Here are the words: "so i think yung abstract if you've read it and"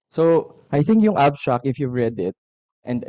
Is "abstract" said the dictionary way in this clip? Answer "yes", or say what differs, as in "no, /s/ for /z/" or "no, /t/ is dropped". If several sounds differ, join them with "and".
no, /s/ is dropped